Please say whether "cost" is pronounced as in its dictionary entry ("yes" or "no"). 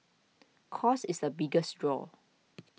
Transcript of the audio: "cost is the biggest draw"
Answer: no